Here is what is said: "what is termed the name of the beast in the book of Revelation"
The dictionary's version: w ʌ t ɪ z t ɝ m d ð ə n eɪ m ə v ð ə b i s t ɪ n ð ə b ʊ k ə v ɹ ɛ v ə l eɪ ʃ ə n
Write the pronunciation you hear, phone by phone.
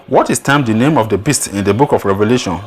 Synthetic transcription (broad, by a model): w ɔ t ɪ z t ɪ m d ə n eɪ m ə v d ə b i s t ɪ n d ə b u k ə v ɹ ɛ v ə l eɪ ʃ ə n